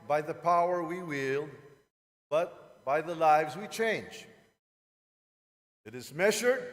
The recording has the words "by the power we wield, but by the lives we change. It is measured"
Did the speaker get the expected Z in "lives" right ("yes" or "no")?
yes